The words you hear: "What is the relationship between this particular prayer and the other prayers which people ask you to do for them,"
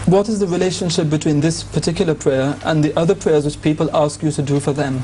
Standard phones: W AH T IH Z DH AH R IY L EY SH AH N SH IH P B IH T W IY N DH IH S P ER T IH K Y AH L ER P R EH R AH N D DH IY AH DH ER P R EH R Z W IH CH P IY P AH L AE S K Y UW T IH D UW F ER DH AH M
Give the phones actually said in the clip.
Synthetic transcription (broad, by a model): W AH T IH Z DH AH R IY L EY SH AH N SH IH P B IH T W IY N DH IH S P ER T IH K Y L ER P R EH R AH N DH IY AH DH ER P R EH R Z W IH CH P IY P AH L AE S K Y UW T IH D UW F ER DH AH M